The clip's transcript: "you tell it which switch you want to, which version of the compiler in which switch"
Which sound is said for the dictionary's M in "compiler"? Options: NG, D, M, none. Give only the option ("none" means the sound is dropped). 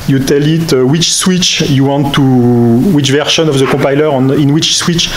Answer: none